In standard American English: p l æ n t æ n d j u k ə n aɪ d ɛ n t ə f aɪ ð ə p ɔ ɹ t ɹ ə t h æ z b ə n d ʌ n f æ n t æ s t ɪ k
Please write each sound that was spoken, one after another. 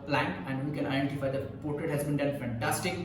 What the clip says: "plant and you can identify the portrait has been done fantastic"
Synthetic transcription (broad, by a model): p l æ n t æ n d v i k ə n aɪ d ɛ n t ə f aɪ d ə p ɔ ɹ t ɹ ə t h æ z b ə n d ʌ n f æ n t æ s t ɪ k